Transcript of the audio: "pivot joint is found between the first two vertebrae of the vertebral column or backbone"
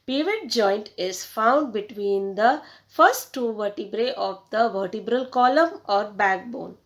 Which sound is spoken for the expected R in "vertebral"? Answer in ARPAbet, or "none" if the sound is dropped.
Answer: R